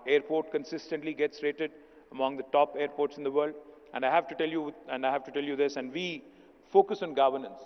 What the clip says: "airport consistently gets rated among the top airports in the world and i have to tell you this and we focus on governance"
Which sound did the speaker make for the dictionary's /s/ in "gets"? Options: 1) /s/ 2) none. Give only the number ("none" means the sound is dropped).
1